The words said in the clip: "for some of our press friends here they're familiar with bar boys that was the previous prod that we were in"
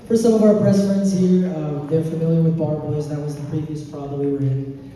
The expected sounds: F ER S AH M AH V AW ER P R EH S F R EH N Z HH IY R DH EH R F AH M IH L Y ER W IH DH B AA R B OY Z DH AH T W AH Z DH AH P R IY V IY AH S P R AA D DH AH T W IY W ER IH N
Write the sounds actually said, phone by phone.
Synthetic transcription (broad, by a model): F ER S AH M AH V AW ER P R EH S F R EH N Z HH IY R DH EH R F AH M IH L Y ER W IH DH B AA R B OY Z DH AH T W AH Z DH AH P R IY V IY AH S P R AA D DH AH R W IY W ER IH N